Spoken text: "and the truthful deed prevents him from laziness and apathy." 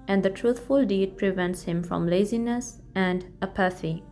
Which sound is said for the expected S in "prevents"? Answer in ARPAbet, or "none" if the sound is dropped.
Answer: S